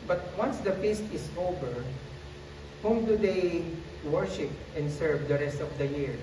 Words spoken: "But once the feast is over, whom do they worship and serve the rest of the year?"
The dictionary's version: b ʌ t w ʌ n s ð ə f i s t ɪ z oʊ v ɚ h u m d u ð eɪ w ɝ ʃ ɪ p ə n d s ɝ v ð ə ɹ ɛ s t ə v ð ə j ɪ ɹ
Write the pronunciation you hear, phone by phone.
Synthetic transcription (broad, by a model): b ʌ t w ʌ n s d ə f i s t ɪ s oʊ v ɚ h u m d u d eɪ w ɝ ʃ ɪ p ə n d s ɝ v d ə ɹ ɛ s t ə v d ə j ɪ ɹ